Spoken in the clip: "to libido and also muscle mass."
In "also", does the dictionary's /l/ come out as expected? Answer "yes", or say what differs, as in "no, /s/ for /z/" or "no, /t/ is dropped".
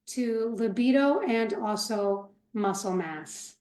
yes